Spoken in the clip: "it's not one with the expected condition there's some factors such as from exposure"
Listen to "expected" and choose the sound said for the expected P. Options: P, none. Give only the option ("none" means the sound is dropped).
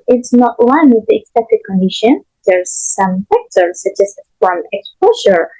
none